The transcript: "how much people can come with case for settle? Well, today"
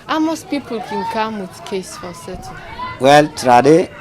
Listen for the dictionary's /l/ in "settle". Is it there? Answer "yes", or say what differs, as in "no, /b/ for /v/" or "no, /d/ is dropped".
no, /n/ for /l/